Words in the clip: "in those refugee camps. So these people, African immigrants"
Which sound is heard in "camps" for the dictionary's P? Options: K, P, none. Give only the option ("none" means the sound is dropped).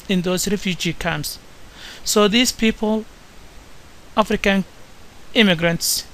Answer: none